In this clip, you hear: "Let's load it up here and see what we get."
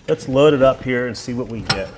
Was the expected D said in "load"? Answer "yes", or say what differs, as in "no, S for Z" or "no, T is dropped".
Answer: yes